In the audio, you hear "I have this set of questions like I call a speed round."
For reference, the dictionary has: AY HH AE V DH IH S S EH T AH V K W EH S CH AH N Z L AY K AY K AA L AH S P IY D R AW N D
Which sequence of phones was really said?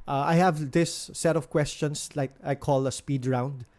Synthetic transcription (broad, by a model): AY HH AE V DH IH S S EH T AH V K W EH S CH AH N S L AY K AY K AA L AH S P IY D R AW N D